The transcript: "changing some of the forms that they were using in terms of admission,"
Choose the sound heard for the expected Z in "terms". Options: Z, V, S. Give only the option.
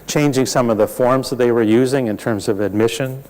Z